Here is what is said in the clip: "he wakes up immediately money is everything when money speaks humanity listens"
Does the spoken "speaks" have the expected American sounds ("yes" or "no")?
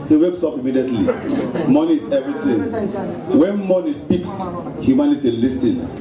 yes